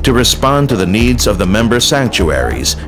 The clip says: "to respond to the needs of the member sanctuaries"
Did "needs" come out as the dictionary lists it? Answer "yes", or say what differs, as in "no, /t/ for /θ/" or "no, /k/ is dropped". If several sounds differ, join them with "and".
yes